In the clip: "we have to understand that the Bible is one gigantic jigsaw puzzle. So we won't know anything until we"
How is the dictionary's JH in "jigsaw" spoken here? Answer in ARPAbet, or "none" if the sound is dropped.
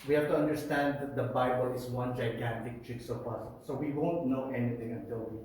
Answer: CH